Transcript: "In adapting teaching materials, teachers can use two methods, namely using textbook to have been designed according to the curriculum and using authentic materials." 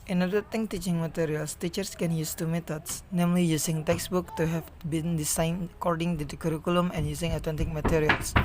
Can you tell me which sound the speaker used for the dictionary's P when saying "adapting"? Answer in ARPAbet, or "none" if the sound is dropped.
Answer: none